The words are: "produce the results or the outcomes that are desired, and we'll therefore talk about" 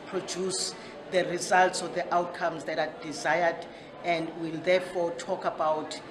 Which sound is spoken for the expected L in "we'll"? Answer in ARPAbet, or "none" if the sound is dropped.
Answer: L